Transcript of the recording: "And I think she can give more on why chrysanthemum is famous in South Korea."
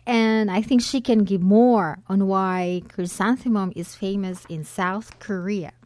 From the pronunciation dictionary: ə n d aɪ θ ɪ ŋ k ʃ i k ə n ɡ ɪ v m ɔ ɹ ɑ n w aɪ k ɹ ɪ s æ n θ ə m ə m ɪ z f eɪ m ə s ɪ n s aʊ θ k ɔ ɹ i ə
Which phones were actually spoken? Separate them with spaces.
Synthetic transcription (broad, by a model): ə n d aɪ θ ɪ ŋ k ʃ i k ə n ɡ ɪ v m ɔ ɹ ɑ n w aɪ k ɹ ɪ s æ n θ ə m ə m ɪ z f eɪ m ə s ɪ n s aʊ θ k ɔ ɹ i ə